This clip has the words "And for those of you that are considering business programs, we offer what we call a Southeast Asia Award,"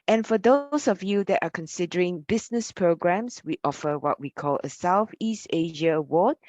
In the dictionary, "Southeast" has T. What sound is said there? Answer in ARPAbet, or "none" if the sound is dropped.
T